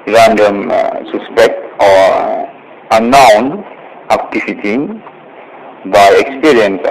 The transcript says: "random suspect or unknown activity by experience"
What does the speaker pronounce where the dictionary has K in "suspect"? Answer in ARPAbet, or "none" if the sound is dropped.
K